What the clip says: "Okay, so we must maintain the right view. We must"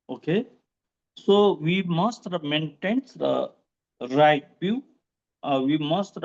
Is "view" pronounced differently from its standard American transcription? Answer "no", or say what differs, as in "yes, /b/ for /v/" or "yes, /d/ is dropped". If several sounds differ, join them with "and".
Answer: yes, /b/ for /v/